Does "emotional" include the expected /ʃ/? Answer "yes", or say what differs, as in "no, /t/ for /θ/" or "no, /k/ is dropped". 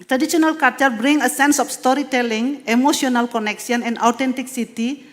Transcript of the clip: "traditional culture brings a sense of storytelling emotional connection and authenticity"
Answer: no, /s/ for /ʃ/